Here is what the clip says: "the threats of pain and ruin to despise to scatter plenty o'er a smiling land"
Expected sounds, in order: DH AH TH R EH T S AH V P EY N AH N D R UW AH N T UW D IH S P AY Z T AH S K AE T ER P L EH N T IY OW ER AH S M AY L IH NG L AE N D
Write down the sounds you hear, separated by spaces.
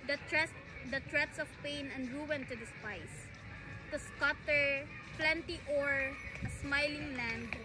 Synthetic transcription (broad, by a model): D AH T R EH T S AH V P EY N AH N D R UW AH N T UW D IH S P AY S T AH S K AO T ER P L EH N T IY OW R AH S M AY L IH NG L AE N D